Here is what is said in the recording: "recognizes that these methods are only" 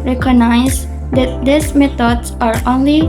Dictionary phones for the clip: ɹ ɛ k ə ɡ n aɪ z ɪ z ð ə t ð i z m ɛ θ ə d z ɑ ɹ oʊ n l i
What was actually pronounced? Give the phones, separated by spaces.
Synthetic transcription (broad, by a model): ɹ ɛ k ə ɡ n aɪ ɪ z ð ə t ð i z m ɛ t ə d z ɑ ɹ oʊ n l i